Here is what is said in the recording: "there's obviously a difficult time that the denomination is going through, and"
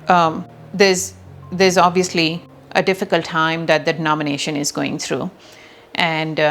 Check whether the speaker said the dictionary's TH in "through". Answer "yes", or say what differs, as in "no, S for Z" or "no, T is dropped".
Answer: no, T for TH